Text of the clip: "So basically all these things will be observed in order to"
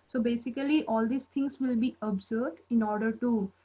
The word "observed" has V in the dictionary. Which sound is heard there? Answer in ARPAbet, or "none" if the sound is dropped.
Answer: none